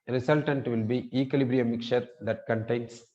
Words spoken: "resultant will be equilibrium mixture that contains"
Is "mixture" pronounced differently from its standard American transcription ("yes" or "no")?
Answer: yes